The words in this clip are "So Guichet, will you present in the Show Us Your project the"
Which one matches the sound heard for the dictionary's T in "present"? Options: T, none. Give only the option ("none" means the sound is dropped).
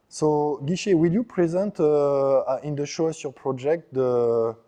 T